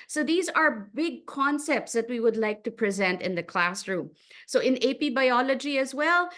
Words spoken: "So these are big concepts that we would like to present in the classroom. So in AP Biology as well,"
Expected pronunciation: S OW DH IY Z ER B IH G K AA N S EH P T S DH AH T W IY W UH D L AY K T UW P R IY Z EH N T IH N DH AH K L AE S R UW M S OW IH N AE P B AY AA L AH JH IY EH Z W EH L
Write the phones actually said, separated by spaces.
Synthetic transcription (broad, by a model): S OW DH IY Z ER B IH G K AA N S EH P T S DH AH T W IY W UH D L AY K T UW P R IY Z EH N T IH N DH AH K L AE S R UW M S OW IH N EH P B AY AA L AH JH IY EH Z W EH L